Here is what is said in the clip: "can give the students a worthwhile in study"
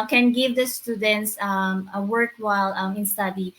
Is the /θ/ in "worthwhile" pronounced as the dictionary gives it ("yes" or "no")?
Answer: no